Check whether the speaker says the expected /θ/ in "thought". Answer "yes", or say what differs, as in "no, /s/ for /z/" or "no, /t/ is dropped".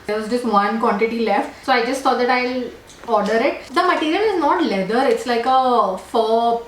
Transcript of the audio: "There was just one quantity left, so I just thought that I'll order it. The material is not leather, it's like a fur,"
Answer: no, /s/ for /θ/